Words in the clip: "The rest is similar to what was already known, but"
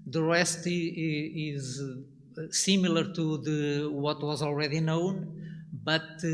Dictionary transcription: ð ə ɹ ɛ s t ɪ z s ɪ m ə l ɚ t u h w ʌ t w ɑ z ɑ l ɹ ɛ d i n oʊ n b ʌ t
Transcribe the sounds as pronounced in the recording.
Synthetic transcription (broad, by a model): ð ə ɹ ɛ s t ɪ z s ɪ m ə l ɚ t u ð w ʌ t w ɑ z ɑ l ɹ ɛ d i n oʊ n b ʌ t